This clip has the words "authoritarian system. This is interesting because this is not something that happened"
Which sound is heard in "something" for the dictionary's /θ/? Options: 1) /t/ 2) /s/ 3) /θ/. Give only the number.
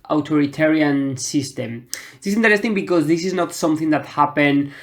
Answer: 3